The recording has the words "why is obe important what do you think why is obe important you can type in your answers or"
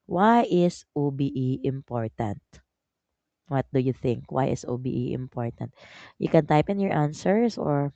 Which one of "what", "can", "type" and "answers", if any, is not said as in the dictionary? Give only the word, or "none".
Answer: answers